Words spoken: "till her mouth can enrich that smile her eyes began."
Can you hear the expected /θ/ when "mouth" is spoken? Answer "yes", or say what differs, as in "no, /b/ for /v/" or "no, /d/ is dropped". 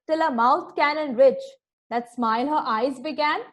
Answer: no, /t/ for /θ/